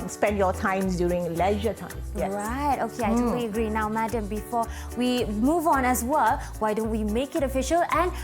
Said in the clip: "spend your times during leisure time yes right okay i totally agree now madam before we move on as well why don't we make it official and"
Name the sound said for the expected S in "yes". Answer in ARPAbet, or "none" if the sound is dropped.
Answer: none